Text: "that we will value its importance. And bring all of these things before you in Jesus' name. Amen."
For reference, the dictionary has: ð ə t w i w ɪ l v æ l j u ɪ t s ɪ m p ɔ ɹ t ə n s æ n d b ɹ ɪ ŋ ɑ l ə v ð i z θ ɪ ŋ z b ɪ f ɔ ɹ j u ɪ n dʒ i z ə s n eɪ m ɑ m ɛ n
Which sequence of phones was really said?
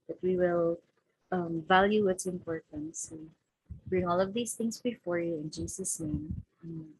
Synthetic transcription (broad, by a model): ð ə t w i w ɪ l v æ l j u ɪ t s ɪ m p ɔ ɹ t ə n s b ɹ ɪ ŋ ɑ l ə v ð i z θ ɪ ŋ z b ɪ f ɔ ɹ j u ɪ n dʒ i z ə s n eɪ ɑ m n